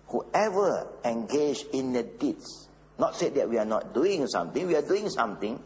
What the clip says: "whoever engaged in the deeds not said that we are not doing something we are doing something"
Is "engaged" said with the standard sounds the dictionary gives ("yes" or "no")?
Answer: no